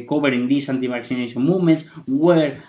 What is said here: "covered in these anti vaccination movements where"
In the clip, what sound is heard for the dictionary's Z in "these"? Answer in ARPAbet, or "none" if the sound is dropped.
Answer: S